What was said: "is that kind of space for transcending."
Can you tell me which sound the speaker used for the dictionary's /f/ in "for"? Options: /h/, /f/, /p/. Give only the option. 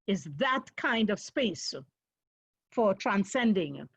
/f/